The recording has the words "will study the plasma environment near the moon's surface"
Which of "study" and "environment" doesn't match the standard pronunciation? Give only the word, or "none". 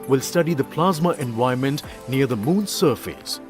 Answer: environment